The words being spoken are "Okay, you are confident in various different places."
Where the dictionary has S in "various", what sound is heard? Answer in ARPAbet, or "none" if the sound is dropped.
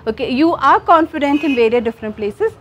none